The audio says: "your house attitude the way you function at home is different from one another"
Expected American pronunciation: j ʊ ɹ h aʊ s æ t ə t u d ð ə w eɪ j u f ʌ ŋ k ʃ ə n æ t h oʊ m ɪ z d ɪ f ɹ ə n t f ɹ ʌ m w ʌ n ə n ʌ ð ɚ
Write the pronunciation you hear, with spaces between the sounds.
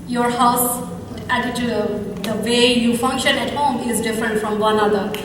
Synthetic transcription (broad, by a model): j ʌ ɹ h aʊ s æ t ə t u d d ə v eɪ j u f ʌ ŋ k ʃ ə n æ t h oʊ m ɪ z d ɪ f ɹ ə n t f ɹ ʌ m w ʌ n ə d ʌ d